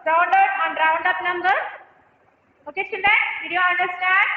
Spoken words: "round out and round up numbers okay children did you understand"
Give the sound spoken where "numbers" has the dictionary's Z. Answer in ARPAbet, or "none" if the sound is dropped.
none